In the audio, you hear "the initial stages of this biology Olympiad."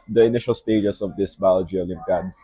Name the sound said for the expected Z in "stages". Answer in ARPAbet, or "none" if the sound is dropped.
S